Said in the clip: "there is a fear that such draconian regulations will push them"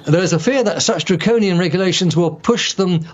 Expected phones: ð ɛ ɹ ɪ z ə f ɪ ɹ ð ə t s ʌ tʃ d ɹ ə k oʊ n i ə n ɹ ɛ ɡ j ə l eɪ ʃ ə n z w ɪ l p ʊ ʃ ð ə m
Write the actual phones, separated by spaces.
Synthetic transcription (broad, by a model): ð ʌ ɹ ɪ z ə f ɪ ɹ ð ə t s ʌ tʃ d ɹ ə k oʊ n i ə n ɹ ɛ ɡ j ə l eɪ ʃ ə n z w ɪ l p ʊ ʃ ð ə m